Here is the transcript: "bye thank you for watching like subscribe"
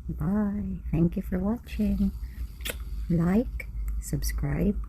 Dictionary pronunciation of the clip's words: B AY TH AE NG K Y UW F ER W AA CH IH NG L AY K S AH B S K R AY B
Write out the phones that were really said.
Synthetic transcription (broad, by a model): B AY TH AE NG K Y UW F ER W AA CH IH NG L AY K S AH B S K R AY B